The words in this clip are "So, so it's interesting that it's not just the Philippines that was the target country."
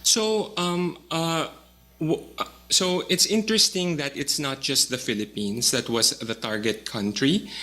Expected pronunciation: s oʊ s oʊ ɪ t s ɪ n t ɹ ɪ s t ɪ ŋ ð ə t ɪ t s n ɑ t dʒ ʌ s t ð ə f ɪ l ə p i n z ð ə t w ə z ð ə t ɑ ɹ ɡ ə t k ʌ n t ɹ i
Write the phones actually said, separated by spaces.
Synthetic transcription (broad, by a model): s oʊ s oʊ ɪ t s ɪ n t ɹ ɪ s t ɪ ŋ ð ə t ɪ t s n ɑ t dʒ ʌ s t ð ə f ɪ l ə p i n s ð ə t w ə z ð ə t ɑ ɹ ɡ ə t k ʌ n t ɹ i